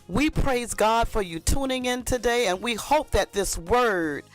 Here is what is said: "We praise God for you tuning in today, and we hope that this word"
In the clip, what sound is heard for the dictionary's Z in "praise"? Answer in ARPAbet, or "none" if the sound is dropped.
Z